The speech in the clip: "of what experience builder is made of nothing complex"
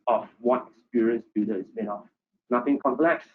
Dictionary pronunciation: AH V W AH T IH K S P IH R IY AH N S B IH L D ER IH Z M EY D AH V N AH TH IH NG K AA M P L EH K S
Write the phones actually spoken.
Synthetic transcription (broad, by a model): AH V W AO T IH K S P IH R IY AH N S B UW D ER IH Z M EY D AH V N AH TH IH NG K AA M P L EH K S